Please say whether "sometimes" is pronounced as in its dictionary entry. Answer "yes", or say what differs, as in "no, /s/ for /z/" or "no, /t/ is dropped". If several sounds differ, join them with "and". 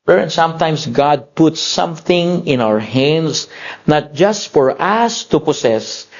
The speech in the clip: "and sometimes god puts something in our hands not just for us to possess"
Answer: no, /s/ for /z/